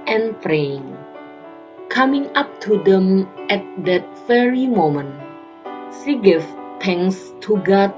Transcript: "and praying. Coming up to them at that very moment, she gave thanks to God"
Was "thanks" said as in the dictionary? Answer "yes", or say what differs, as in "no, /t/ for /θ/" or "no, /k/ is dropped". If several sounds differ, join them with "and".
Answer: no, /t/ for /θ/ and /k/ is dropped